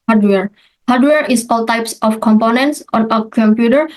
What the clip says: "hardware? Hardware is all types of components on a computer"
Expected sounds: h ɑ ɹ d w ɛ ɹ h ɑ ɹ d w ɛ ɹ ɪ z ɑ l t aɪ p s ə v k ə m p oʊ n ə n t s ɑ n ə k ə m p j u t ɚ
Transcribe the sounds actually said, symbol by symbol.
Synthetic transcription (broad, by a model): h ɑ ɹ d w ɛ ɹ h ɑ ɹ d w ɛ ɹ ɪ s ɑ l t aɪ p s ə f k ə m p oʊ n ə n t s ɑ n ə k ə m p j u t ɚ